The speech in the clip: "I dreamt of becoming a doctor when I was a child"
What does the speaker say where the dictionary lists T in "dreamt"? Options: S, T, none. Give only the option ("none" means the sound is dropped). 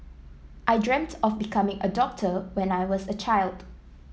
T